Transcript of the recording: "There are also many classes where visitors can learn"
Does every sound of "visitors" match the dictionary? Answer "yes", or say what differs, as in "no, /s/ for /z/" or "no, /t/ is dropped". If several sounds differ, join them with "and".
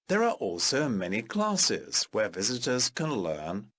yes